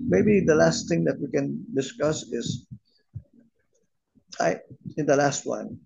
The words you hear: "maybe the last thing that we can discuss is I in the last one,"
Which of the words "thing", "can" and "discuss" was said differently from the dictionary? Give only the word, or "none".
thing